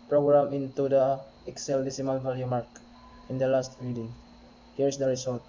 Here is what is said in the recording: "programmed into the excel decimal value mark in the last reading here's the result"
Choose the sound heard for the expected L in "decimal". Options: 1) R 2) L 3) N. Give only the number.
3